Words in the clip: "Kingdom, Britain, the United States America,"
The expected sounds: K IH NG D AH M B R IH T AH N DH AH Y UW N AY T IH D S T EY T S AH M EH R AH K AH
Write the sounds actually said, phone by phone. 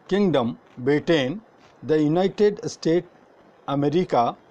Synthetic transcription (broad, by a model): K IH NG D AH M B EH T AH N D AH Y UW N AY T IH D S T EY T AH M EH R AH K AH